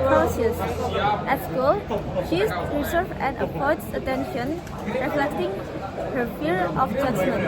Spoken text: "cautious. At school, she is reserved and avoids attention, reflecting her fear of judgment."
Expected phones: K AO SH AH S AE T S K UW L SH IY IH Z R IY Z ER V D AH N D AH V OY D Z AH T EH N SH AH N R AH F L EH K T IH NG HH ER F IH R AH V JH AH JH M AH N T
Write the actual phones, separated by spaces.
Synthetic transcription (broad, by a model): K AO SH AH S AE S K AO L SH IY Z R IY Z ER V AH N D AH P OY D AH T EH N SH AH N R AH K L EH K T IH NG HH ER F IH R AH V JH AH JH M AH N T